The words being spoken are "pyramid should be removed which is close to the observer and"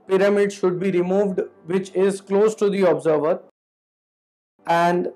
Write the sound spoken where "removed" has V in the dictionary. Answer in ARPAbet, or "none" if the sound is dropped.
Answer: V